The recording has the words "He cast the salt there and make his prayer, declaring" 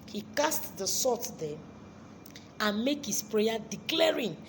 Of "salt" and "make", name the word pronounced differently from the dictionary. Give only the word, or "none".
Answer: salt